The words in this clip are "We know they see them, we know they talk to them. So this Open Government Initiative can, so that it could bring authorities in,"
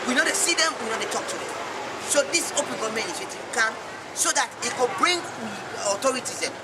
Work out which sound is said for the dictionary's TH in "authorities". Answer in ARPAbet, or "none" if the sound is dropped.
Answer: T